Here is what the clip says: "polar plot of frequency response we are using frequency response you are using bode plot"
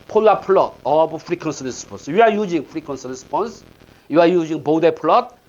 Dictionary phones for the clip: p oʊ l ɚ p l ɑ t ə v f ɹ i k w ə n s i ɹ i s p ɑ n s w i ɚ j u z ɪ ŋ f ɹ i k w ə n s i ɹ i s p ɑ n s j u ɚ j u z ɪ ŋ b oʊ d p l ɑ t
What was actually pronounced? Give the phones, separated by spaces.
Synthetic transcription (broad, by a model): p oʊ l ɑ p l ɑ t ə b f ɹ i k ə n s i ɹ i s p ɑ n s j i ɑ j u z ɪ ŋ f ɹ i k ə n s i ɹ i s p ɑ n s j u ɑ j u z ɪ ŋ b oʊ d p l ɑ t